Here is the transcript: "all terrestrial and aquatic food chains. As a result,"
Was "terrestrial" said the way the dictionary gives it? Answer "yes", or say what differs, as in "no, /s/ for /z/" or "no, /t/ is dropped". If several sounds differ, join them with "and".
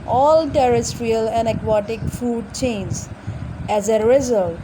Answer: yes